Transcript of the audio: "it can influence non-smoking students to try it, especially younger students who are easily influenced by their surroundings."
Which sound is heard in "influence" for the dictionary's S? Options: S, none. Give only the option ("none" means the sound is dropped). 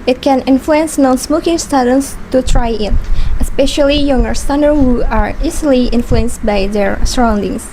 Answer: S